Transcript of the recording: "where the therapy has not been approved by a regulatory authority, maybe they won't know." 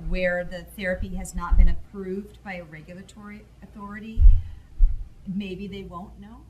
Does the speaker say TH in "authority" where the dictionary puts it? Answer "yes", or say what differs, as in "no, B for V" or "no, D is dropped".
yes